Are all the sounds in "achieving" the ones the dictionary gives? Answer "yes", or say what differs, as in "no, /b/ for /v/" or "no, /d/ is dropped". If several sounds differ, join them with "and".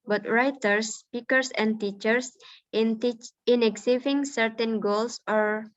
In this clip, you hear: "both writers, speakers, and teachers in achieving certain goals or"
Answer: no, /s/ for /tʃ/